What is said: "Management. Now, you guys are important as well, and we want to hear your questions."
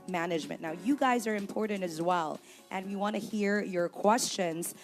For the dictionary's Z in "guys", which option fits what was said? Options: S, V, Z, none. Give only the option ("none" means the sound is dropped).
Z